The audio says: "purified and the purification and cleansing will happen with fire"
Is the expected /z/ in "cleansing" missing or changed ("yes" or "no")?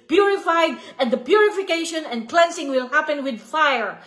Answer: yes